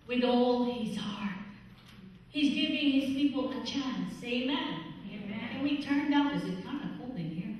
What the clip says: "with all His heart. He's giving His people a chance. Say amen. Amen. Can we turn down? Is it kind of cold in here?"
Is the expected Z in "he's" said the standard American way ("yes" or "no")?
yes